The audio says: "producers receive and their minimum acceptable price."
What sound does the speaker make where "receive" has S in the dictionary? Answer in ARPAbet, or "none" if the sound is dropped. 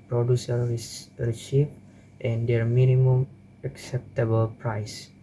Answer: SH